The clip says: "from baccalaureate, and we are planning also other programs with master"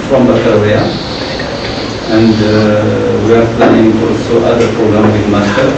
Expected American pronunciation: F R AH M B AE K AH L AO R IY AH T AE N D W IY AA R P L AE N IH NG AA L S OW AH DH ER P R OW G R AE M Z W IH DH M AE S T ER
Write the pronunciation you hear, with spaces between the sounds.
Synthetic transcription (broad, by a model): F R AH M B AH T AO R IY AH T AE N D W IY AA R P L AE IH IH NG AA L S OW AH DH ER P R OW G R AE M W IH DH M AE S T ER